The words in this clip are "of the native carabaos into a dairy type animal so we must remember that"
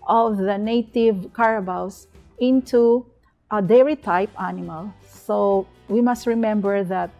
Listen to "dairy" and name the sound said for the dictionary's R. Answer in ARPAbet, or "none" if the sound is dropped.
R